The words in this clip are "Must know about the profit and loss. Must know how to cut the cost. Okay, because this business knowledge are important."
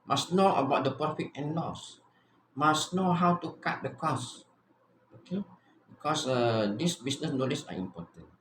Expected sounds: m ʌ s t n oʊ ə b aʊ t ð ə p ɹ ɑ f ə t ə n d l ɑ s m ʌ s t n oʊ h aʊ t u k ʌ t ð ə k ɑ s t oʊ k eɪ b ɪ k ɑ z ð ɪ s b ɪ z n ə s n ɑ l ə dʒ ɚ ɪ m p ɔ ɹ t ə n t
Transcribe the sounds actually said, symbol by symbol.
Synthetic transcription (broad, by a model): m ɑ s n oʊ ə b aʊ t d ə p ɑ f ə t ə n l ɑ s m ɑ s n oʊ h aʊ t u k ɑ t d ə k ɑ s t oʊ k eɪ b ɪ k ɑ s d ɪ s b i s n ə s n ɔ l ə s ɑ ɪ m p ɔ t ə n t